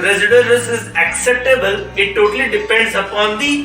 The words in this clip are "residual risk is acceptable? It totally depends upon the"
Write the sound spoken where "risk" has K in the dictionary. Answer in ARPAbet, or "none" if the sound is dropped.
none